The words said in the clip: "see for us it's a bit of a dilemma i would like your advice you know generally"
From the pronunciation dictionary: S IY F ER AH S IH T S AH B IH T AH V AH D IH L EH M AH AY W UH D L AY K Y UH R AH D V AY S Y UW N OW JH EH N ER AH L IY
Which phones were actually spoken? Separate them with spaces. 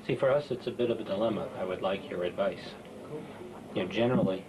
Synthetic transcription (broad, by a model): S IY F ER AH S IH T S AH B IH T AH V AH D IH L EH M AH AY W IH D L AY K Y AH R AH D V AY S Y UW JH EH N ER L IY